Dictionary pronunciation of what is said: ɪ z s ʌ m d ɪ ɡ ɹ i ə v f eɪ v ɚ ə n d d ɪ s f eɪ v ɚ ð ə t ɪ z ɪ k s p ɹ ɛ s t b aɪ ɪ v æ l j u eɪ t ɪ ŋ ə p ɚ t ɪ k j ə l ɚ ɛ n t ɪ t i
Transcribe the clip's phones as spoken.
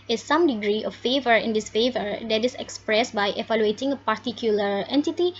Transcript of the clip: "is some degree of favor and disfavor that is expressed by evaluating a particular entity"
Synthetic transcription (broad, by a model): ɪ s s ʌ m d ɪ ɡ ɹ i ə f f eɪ v ɚ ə n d d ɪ s f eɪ v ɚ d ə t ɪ s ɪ k s p ɹ ɛ s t b aɪ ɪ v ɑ l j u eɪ t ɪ ŋ ə p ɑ t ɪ k j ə l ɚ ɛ n t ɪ t i